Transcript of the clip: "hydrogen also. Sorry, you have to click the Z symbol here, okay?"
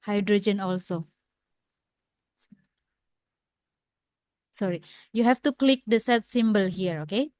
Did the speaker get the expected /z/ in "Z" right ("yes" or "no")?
no